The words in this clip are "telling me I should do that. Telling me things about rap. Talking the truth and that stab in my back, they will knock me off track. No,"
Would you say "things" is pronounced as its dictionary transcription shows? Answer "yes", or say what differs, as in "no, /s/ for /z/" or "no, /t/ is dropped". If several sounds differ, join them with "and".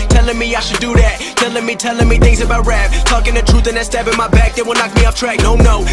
yes